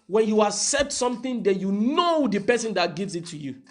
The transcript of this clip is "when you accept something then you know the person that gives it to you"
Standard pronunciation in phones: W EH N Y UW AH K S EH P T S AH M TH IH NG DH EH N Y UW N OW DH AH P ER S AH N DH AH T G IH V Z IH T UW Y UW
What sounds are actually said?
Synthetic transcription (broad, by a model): W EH N Y UW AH S EH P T S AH M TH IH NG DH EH N Y UW N OW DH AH P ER S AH N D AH T G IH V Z IH T UW Y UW